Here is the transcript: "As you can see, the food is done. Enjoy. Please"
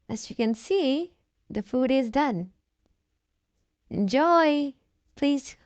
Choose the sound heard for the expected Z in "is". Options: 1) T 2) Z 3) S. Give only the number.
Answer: 2